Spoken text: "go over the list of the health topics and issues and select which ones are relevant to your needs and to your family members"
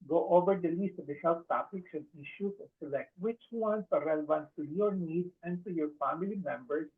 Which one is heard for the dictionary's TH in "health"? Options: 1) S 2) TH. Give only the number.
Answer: 1